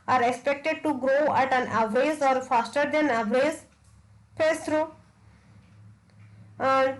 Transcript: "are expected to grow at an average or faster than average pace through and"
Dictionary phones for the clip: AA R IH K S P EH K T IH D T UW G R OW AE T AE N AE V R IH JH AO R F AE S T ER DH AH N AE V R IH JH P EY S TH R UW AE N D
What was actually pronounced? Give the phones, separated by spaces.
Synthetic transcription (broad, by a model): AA R IH K S P EH K T IH D T UW G R OW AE T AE N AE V R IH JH AO R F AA S T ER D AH N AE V R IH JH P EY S T R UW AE N D